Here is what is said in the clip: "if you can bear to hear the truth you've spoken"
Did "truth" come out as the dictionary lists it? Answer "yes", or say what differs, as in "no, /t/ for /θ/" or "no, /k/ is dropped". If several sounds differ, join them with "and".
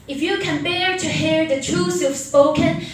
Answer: no, /s/ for /θ/